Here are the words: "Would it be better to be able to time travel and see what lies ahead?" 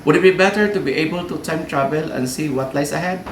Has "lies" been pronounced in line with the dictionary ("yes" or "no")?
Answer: no